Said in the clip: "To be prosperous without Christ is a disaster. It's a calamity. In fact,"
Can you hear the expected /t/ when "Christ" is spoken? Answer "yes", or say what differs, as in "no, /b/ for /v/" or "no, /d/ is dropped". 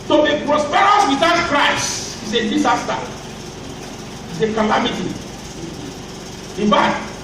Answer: no, /t/ is dropped